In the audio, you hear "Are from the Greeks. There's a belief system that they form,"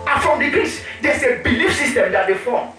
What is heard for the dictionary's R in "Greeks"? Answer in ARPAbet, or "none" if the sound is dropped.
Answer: none